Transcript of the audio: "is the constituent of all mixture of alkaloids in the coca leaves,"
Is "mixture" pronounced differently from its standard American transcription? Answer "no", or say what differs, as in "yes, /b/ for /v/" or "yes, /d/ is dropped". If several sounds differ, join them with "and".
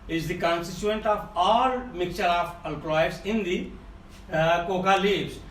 yes, /s/ is dropped